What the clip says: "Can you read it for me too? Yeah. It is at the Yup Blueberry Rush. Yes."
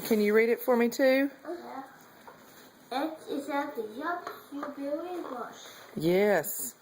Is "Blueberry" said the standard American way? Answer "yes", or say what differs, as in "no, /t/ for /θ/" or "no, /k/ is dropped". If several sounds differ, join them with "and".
no, /l/ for /ɹ/